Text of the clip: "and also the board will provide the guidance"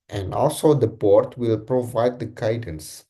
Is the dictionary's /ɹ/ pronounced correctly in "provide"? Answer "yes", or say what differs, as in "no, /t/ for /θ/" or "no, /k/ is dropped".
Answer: yes